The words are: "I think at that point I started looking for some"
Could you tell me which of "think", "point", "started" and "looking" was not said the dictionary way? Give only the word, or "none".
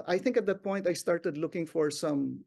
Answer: none